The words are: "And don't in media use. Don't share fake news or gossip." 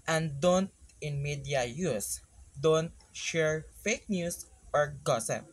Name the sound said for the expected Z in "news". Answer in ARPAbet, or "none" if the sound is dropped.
S